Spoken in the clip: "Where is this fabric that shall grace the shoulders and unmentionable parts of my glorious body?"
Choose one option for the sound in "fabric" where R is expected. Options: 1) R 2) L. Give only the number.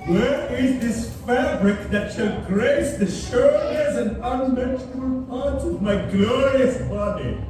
1